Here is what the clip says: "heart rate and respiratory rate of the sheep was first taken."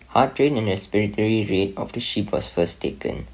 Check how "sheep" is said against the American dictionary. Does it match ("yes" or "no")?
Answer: yes